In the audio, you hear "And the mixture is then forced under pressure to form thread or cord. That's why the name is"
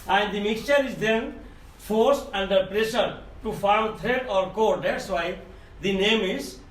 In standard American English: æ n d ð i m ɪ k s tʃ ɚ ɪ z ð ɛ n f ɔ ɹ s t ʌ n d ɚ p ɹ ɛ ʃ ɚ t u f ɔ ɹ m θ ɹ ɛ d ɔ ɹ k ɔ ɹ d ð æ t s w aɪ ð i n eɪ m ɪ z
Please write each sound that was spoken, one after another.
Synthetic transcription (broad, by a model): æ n d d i m ɪ k s tʃ ɚ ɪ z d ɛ n f ɔ ɹ s t ʌ n d ɚ p ɹ ɛ ʃ ɚ t u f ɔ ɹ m t ɹ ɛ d ɔ ɹ k ɔ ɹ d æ t s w aɪ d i n eɪ m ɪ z